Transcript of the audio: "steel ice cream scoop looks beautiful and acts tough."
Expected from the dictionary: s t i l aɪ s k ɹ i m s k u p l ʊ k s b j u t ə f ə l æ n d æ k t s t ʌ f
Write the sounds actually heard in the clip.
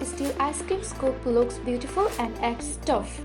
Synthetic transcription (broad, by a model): s t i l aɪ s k i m s k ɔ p l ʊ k s b j u t ə f ə l æ n d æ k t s t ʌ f